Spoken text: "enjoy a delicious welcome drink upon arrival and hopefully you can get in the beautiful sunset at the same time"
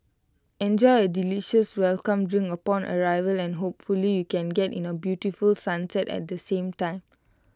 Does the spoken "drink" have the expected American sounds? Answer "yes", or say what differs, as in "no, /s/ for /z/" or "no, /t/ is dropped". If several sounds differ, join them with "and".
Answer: no, /k/ is dropped